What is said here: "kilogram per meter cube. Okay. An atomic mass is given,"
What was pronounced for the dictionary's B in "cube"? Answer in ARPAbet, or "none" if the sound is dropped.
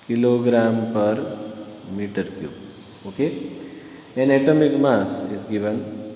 none